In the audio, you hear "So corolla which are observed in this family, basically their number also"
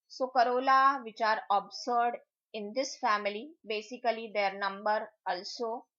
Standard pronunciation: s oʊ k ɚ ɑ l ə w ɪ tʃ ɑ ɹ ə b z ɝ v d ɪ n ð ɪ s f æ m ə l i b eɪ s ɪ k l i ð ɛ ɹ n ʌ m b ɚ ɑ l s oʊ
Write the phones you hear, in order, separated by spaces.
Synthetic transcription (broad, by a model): s oʊ k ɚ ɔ l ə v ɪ tʃ ɑ ɹ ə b s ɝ d ɪ n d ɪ s f æ m ə l i b eɪ s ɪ k l i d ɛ ɹ n ʌ m b ɚ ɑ l s oʊ